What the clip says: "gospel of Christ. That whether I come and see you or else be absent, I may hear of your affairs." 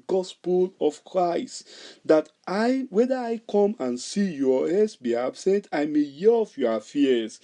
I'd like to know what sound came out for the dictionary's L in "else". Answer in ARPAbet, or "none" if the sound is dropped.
none